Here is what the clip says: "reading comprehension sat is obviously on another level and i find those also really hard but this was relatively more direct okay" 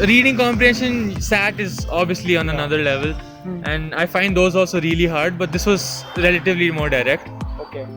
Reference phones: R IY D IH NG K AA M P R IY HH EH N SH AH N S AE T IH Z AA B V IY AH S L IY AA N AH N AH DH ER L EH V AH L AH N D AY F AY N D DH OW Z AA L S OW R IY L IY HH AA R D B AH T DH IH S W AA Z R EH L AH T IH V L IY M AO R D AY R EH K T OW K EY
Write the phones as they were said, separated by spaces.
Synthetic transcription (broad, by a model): R IY D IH NG K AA M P R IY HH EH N SH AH N S AE T IH Z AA B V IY AH S L IY AA N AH N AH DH ER L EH V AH L AH N D AY F AY N D OW Z AA L S OW R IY L IY HH AA R D B AH T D IH S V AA Z R EH L AH T IH V L IY M AO R D AY R EH K T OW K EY